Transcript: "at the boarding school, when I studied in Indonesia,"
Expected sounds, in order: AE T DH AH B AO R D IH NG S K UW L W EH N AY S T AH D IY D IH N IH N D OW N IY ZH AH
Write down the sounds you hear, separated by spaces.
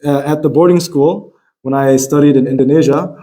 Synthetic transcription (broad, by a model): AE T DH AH B AO R D IH NG S K UW L W EH N AY S T AH D IY D IH N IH N D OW N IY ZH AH